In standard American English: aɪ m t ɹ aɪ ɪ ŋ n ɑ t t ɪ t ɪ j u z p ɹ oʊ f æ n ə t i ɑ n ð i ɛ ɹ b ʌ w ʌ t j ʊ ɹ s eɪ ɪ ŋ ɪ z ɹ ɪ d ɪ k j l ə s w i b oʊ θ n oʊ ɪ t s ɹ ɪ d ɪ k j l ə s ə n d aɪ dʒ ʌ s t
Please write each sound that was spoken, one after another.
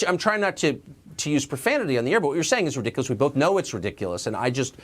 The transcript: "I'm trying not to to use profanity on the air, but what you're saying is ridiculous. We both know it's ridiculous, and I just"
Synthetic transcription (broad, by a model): aɪ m t ɹ aɪ ɪ ŋ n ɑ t t ɪ t ɪ j u z p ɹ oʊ f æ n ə t i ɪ n ð i ɛ ɹ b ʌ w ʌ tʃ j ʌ ɹ s eɪ ɪ ŋ ɪ z ɹ ɪ d ɪ k j l ə s w i b oʊ θ n oʊ ɪ t s ɹ ɪ d ɪ k j l ə s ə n aɪ dʒ ʌ s t